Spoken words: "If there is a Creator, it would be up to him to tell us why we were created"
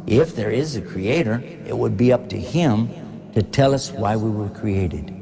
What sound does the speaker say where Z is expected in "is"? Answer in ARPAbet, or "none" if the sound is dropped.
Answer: Z